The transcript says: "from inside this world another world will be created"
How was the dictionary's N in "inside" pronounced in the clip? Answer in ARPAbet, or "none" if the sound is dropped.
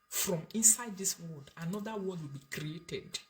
N